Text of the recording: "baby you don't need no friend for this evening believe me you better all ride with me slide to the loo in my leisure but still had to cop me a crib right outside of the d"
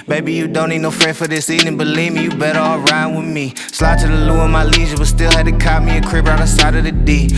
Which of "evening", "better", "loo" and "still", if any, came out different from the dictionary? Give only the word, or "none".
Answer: evening